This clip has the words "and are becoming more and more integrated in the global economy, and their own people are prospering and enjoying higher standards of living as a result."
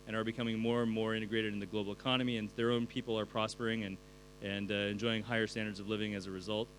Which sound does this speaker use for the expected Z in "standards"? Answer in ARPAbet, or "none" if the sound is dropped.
Z